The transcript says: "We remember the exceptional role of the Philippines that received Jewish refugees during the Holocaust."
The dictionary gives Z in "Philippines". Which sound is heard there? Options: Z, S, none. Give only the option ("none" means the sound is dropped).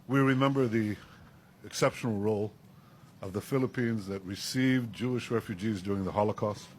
Z